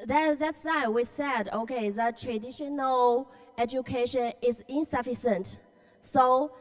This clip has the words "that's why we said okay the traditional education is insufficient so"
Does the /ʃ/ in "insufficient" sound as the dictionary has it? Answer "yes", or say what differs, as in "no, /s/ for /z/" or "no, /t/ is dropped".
no, /s/ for /ʃ/